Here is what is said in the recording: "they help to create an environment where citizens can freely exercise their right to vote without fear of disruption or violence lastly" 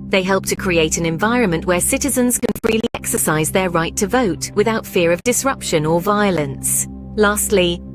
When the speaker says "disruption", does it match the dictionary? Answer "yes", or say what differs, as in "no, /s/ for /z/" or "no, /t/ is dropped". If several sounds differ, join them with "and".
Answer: yes